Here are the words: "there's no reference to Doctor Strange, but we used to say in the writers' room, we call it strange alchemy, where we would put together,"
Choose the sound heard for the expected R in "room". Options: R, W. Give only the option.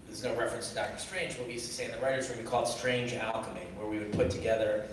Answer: W